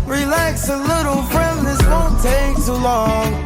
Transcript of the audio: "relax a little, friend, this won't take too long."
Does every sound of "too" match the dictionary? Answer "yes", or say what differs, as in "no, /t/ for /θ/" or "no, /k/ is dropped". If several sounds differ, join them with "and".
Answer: no, /s/ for /t/